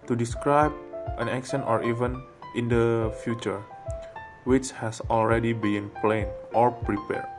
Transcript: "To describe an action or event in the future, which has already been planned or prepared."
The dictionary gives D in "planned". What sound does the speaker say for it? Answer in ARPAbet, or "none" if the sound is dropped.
none